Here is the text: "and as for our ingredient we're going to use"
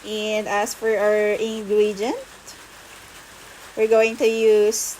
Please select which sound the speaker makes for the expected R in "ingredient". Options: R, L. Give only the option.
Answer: L